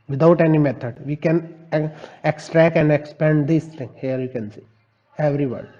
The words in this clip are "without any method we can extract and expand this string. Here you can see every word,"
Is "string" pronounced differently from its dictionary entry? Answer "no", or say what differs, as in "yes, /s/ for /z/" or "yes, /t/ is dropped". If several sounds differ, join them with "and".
yes, /ɹ/ is dropped